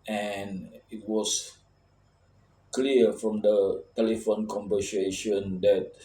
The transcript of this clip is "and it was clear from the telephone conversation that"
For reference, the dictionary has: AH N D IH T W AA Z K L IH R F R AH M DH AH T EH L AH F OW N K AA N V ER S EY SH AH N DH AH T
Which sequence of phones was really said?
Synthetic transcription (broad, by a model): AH N IH T W AA S K L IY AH F R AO M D AH T EH L AH F OW N K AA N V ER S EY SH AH N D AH T